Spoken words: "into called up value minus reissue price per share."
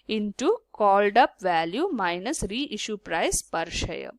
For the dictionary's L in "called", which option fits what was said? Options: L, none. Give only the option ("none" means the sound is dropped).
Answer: L